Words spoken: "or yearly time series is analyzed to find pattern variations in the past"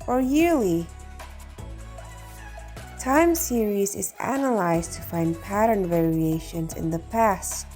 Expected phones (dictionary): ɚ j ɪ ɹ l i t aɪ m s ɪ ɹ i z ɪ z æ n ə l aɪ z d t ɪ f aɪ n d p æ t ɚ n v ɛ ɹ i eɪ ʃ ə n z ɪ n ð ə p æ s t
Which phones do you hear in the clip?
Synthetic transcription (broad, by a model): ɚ j ɪ ɹ l i t aɪ m s ɪ ɹ i z ɪ z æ n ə l aɪ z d t ɪ f aɪ n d p æ t ɚ n v ɛ ɹ i eɪ ʃ ə n z ɪ n ð ə p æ s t